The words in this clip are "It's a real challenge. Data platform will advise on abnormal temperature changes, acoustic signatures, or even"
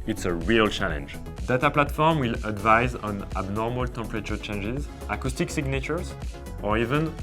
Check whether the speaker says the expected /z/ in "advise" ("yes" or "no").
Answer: yes